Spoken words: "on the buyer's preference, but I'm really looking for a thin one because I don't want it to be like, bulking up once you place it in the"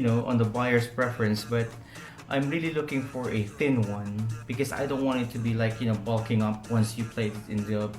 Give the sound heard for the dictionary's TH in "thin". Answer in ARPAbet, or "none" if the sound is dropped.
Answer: TH